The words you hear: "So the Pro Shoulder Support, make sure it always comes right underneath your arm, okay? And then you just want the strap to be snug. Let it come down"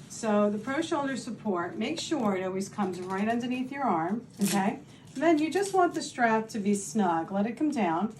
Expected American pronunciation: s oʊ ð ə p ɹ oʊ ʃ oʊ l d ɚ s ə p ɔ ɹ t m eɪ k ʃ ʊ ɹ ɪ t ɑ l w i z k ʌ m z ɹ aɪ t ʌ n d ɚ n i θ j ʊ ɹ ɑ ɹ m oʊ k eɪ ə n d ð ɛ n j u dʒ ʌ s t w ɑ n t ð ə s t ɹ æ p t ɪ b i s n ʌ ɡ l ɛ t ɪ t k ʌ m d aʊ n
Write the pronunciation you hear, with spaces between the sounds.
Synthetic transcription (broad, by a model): s oʊ ð ə p ɹ oʊ ʃ oʊ l d ɚ s ə p ɔ ɹ t m eɪ k ʃ ʊ ɹ ɪ t ɑ l w i z k ʌ m z ɹ aɪ t ʌ n d ɚ n i θ j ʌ ɹ ɑ ɹ m oʊ k eɪ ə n ð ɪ n j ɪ dʒ ʌ s t w ɑ n ð ə s t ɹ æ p t ɪ b i s n ʌ ɡ l ɛ t ɪ t k ʌ m d aʊ n